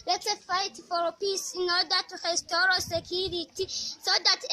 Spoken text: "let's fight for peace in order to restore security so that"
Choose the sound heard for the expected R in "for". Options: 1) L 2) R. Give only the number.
1